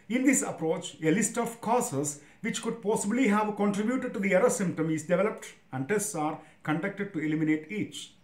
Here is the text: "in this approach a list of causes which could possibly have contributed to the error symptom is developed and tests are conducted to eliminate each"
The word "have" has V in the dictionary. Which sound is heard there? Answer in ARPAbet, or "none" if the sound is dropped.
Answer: V